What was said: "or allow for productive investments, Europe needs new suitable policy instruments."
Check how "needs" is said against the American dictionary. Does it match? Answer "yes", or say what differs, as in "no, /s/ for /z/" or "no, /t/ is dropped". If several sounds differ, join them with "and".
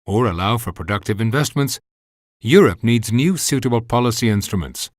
yes